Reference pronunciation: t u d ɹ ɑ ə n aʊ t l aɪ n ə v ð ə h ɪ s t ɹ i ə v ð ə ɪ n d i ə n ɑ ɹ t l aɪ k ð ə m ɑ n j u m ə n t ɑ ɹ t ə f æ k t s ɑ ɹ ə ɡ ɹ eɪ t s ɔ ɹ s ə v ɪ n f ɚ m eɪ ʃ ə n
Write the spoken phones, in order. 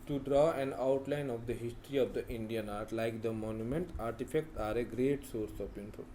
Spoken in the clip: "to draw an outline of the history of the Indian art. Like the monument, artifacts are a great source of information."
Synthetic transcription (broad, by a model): t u d ɹ ɑ ə n aʊ t l aɪ n ə v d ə h ɪ s t ɹ i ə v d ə ɪ n d i ə n ɑ ɹ t l aɪ k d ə m ɑ n j u m ə n t ɑ ɹ t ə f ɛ k t ɑ ɹ ə ɡ ɹ eɪ t s ɔ ɹ s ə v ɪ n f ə